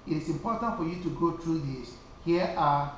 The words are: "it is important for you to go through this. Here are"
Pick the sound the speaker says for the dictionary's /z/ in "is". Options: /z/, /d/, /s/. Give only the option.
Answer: /s/